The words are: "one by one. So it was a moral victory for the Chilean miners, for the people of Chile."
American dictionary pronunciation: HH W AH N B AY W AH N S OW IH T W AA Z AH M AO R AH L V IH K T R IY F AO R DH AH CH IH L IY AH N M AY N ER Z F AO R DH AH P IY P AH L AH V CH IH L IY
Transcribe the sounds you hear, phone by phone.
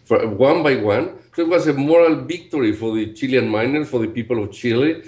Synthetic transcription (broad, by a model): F W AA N B AY W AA N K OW IH T W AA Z AH M AO R AH L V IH K T R IY F AO R DH AH CH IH L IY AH N M AY N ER F AO R DH AH P IY P AH L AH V CH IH L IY